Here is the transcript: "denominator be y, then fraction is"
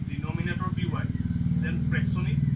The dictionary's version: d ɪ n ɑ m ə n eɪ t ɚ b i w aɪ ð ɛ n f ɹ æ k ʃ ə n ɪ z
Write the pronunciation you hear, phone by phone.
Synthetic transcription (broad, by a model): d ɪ n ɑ m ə n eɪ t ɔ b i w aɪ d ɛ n p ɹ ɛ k s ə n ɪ